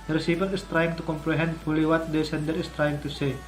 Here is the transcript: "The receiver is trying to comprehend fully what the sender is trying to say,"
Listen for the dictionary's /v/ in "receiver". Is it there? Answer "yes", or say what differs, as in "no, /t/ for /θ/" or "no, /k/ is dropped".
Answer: no, /p/ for /v/